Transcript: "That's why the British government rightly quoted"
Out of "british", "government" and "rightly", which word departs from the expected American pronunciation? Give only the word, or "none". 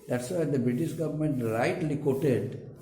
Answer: rightly